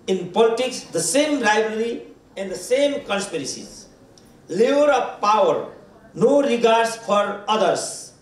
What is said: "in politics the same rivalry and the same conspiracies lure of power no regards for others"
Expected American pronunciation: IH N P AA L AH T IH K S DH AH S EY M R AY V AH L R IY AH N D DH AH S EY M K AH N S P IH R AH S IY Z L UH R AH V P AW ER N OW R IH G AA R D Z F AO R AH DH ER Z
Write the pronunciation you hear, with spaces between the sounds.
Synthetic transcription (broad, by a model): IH N P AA L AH T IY K S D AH S EY M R AY B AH R IY AH N D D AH S EY M K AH N S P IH R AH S IY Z L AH R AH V P AW ER N OW R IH G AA R D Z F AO R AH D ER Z